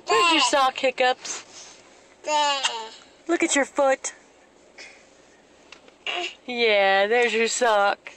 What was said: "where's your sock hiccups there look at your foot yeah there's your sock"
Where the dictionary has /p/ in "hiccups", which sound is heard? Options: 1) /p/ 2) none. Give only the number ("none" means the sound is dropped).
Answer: 1